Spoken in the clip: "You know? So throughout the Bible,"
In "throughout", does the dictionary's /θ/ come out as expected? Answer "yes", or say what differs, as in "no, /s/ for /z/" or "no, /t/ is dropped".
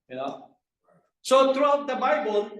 no, /t/ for /θ/